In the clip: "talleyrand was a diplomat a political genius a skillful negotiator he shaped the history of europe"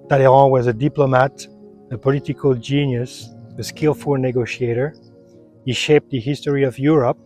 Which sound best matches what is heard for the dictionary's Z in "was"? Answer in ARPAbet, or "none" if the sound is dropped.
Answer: Z